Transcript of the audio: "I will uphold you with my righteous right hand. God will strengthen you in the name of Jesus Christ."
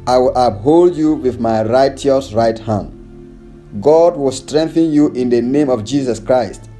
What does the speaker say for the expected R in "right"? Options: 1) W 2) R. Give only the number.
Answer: 2